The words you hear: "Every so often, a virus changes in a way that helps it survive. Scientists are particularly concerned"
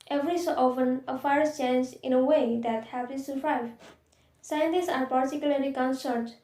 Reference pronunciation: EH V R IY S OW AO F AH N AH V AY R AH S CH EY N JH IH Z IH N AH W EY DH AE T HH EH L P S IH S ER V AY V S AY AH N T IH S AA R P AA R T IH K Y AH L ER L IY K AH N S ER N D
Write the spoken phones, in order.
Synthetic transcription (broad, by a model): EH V R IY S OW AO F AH N AH F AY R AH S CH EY N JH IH IH N AH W EY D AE T HH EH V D IH S ER V AY V S AY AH N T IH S AA R P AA R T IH K Y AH L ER L IY K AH N S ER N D